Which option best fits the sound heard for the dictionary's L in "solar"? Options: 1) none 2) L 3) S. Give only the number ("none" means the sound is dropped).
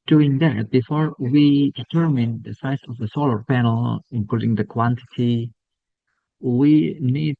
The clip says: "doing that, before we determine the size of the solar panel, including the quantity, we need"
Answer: 2